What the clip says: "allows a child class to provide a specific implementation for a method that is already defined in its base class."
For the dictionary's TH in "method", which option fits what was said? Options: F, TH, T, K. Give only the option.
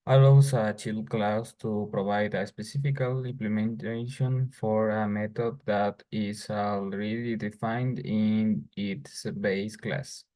T